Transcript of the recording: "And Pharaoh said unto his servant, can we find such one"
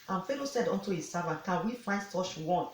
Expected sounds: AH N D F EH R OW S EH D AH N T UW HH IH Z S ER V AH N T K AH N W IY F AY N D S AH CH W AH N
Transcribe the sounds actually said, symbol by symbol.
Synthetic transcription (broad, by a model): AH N F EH L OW S EH D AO N T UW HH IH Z S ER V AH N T K AH N W IY F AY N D S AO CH W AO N